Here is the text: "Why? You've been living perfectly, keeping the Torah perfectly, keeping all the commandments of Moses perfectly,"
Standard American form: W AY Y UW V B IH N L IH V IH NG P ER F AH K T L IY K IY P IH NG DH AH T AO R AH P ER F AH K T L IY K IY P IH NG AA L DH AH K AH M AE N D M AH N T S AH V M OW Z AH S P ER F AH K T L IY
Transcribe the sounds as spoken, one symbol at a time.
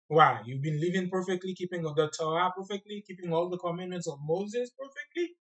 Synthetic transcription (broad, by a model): W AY Y UW V B IH N L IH V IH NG P ER F AH K T L IY K IY P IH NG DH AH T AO AH P ER F AH K T L IY K IY P IH NG AA L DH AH K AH M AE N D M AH N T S AH V M OW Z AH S P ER F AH K T L IY